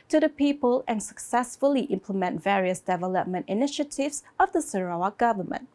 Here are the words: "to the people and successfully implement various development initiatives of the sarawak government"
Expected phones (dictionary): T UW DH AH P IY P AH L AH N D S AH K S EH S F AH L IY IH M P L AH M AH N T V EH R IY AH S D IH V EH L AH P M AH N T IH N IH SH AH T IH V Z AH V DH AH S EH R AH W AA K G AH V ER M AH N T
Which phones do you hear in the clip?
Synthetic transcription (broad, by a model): T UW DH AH P IY P AH L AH N S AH K S EH S F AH L IY IH M P L AH M AH N T V EH R IY AH S D IH V EH L AH P M AH N T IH N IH SH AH T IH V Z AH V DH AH S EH R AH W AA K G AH V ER M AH N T